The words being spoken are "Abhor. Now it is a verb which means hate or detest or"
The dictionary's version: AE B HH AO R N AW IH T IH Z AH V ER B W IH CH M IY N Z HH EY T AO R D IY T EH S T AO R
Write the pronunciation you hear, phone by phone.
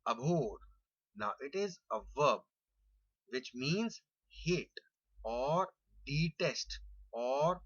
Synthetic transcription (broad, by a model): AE B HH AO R N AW IH T IH Z AH V ER B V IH CH M IY N Z HH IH T AO R D IY T EH S T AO R